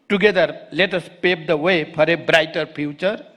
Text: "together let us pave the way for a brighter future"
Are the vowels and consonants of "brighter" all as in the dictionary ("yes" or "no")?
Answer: yes